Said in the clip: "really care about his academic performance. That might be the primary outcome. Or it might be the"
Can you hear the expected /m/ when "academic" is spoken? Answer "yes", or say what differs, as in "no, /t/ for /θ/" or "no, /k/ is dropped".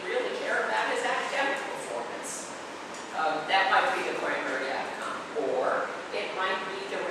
no, /m/ is dropped